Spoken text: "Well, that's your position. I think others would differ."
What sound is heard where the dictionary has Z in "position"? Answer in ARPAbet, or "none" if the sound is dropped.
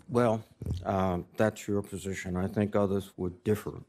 Z